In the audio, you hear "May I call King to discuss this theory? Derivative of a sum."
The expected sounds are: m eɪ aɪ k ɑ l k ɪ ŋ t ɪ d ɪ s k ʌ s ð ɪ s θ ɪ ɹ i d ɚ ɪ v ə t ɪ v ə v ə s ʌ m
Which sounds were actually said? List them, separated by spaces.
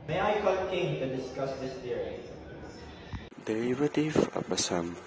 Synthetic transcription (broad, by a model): m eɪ aɪ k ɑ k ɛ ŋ t ɪ d ɪ s k ʌ s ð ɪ s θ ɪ ɹ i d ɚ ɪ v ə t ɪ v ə p ə s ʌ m